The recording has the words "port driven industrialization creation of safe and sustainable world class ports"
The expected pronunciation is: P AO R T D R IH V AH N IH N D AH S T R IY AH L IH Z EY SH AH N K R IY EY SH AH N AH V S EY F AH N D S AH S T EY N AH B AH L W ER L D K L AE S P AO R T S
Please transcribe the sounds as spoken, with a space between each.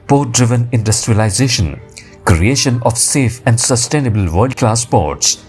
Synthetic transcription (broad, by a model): P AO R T D R IH V AH N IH N D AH S T R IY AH L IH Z EY SH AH N K R IY EY SH AH N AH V S EY F AH N D S AH S T EY N AH B AH L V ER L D K L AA S P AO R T S